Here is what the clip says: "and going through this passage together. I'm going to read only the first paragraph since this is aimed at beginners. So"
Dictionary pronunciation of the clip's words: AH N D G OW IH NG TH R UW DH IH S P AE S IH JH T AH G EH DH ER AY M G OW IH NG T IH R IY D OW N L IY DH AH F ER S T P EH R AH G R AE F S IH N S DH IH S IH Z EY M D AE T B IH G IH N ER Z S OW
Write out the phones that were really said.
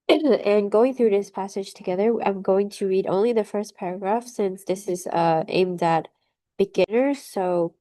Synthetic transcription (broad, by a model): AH N G OW IH NG TH R UW DH IH S P AE S IH JH T AH G EH DH ER AY M G OW IH NG T IH R IY D OW N L IY DH AH F ER S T P EH R AH G R AE F S IH N S DH IH S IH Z EY M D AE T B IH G IH N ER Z S OW